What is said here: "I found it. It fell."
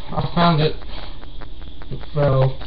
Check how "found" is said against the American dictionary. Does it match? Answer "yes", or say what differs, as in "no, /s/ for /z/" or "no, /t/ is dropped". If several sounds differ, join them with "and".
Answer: yes